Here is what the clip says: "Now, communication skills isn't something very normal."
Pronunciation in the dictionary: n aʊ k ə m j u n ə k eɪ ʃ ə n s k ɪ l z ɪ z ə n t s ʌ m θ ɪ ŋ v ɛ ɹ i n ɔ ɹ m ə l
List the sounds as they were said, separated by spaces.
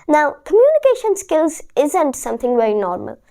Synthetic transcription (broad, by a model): n aʊ k ə m j u n ə k eɪ ʃ ə n s k ɪ l z ɪ z ə n t s ʌ m θ ɪ ŋ v ɛ ɹ i n ɔ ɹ m ə l